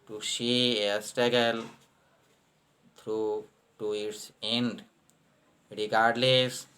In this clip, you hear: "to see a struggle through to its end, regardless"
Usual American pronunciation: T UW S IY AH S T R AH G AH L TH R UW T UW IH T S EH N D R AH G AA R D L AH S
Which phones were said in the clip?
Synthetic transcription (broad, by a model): T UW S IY AH S T AH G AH L T R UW T UW IH T S EH N D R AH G AA R D L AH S